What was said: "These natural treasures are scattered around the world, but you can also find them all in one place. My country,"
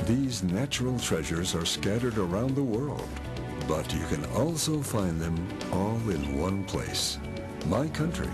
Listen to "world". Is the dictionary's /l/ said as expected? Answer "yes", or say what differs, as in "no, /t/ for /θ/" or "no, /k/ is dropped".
yes